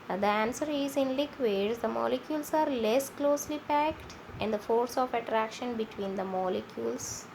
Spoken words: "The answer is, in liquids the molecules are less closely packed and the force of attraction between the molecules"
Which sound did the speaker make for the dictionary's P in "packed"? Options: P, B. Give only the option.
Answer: P